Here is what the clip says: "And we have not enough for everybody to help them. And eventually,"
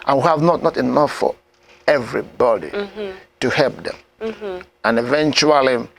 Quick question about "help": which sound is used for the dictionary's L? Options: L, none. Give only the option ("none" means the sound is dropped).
L